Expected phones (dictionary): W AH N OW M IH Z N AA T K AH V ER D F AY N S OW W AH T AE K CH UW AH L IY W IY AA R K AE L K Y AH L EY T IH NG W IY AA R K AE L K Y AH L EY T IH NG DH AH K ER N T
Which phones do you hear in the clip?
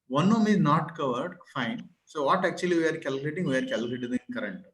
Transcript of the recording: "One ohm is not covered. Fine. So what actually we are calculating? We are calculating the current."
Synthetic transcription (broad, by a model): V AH N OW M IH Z N AA T K AH V ER D F AY N S OW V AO T AE K CH UW AH L IY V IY AA R K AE L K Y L EY T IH NG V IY AA R K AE L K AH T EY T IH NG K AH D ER N T